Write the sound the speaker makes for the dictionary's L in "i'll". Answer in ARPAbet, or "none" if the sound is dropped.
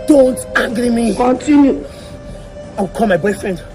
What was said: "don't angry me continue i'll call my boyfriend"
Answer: W